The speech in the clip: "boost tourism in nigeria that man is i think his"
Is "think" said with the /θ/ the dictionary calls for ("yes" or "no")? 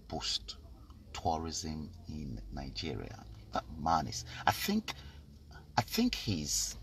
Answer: yes